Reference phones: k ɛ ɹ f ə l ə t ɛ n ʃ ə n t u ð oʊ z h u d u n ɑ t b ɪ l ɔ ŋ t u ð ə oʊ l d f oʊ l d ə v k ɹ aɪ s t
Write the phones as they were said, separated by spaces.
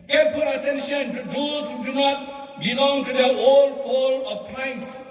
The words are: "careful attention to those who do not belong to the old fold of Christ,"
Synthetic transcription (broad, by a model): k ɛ ɹ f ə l ə t ɛ n ʃ ə n t u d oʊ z h u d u n ɑ t b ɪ l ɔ ŋ t u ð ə oʊ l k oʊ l ə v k ɹ aɪ s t